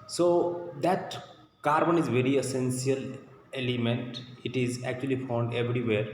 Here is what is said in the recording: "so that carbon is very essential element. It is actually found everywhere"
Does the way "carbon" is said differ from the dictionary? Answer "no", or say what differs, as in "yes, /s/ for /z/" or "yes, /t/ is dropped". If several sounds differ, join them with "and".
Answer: no